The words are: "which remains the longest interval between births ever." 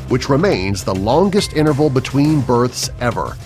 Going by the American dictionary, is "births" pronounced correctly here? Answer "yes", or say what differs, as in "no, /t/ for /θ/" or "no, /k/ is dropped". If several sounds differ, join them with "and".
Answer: yes